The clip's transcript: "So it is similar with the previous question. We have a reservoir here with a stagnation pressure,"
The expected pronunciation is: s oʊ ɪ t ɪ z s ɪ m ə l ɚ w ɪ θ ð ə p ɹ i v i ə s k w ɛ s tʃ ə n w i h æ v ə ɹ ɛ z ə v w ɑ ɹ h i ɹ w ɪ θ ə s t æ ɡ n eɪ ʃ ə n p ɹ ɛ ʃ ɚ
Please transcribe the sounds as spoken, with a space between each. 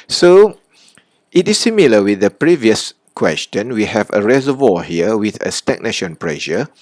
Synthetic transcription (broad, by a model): s oʊ ɪ t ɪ s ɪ m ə l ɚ w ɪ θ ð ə p ɹ i v i ə s k w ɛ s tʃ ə n w i h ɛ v ə ɹ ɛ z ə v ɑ h i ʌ w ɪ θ ə s t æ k n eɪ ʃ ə n p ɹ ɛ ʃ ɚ